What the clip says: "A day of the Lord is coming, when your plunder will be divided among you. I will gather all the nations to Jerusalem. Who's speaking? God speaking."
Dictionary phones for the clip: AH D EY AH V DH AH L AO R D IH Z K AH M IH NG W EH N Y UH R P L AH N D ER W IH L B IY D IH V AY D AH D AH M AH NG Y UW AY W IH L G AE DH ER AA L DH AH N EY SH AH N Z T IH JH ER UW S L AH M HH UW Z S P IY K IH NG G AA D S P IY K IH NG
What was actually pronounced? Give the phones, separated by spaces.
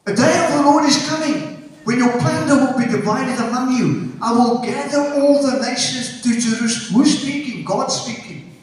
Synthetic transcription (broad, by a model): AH D EY AH V DH AH L AO R D IH Z K AH M IH NG W EH N Y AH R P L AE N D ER W IH L B IY D IH V AY D AH D AH M AH NG Y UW AY W IH L G AE DH ER AA L DH AH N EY SH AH N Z T IH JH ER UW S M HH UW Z S P IY K IH NG G AA D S P IY K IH NG